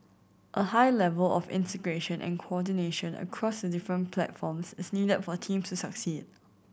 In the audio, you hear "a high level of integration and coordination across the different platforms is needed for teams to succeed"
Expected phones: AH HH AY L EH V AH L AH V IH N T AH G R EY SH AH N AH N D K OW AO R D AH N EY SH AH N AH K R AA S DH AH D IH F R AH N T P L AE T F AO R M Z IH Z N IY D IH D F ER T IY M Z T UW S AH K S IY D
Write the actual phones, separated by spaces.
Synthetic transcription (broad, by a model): AH HH AY L EH V AH L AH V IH N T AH G R EY SH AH N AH N K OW AO D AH N EY SH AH N AH K R AA S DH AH D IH F R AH N P L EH T F AO M S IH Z N IY D IH D F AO T IY M S T UW S AH K S IY D